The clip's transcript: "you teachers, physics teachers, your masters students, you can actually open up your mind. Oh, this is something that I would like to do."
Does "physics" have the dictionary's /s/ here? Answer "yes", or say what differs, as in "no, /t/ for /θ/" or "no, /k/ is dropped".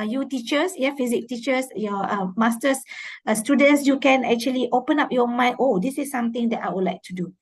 no, /s/ is dropped